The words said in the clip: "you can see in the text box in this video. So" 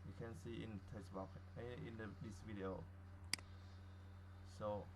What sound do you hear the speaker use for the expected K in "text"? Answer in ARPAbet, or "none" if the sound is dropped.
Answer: none